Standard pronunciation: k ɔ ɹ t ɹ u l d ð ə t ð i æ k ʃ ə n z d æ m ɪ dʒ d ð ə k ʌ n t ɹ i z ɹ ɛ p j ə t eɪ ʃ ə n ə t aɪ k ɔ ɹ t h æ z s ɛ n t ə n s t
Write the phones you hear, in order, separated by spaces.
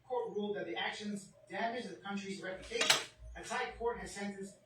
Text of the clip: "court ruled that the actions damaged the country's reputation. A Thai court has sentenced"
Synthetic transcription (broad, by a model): k ɔ ɹ t ɹ u l d ð ə t ð i æ k ʃ ə n z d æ m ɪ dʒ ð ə k ʌ n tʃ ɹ i z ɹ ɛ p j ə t eɪ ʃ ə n ə s aɪ k ɔ ɹ t h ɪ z s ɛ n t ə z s